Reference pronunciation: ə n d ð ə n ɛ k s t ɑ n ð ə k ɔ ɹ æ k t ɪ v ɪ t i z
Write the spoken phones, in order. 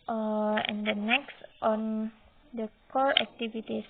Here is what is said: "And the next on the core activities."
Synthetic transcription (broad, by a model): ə n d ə n ɛ k s t ɑ n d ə k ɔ l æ k t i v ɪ t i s